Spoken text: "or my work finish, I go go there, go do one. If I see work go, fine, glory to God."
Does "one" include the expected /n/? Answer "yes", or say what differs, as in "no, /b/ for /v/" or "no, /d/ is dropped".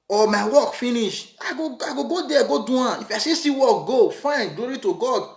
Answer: no, /n/ is dropped